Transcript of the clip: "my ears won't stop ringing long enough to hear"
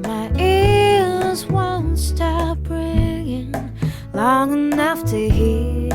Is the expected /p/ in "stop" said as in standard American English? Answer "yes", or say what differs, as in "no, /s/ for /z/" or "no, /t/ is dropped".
no, /b/ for /p/